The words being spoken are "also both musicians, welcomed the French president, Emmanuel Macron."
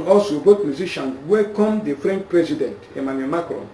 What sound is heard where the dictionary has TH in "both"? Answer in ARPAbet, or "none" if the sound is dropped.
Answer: T